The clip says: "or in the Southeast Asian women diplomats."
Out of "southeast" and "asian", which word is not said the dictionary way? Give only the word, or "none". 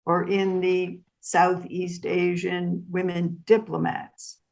none